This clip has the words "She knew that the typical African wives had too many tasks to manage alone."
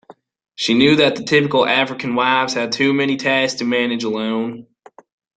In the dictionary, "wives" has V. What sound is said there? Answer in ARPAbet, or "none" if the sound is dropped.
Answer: V